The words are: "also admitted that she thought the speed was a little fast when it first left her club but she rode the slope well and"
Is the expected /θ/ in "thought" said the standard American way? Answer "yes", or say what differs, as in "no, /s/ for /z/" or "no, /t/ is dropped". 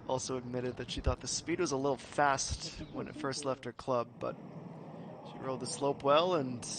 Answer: yes